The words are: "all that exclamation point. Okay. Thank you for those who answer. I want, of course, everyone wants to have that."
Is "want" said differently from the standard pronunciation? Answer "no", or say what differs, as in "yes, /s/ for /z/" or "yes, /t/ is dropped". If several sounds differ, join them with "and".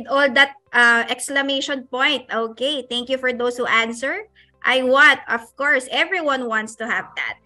yes, /n/ is dropped